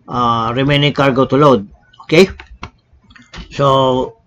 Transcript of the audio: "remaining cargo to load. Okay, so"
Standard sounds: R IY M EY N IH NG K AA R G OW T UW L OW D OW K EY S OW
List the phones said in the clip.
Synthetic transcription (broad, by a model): R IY M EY N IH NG K AA R G OW T UW L OW D OW K EY S OW